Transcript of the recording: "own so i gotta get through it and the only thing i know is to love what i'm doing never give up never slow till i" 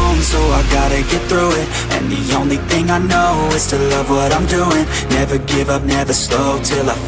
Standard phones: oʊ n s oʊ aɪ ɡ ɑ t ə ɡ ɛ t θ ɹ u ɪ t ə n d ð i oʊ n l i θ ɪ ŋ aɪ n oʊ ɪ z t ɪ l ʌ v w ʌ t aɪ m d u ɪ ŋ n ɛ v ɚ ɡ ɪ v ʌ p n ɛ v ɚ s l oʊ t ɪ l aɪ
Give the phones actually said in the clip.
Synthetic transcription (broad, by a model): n s oʊ aɪ ɡ ɑ t ə ɡ ɛ t θ ɹ u ɪ t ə n ð i oʊ n l i θ ɪ ŋ aɪ n oʊ ɪ z t ɪ l ʌ v w ʌ t aɪ m d u ɪ ŋ n ɛ v ɚ ɡ ɪ v ʌ p n ɛ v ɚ s l oʊ t ɪ l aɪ